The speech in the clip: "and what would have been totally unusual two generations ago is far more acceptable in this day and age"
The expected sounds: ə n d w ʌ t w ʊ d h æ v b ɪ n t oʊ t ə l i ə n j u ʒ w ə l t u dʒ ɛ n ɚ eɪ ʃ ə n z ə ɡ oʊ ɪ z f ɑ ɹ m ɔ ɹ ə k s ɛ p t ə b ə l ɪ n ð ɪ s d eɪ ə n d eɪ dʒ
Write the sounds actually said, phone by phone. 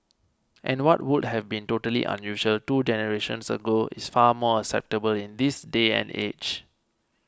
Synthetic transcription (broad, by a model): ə n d w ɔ t w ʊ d h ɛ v b ɪ n t oʊ t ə l i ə n j u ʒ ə l t u dʒ ɛ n ɚ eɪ ʃ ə n s ə ɡ oʊ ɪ s f ɑ m ɔ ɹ ə k s ɛ p t ə b ə l ɪ n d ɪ s d eɪ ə n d eɪ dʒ